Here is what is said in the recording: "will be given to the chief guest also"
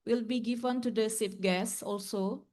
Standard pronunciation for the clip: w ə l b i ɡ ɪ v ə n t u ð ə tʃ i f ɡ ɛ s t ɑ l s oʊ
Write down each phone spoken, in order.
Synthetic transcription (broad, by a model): w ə l b i ɡ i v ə n t u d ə s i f ɡ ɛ s ɑ l s oʊ